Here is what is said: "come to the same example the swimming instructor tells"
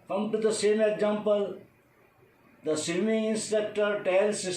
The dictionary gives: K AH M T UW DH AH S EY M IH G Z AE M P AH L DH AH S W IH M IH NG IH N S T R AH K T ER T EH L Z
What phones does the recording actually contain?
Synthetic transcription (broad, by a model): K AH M T UW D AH S EY M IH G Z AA M P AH L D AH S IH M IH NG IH N S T EH K T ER T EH L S